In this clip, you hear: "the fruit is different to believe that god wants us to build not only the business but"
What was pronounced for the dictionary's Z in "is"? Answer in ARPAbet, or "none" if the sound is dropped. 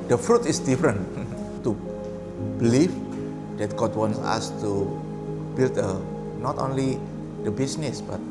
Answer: S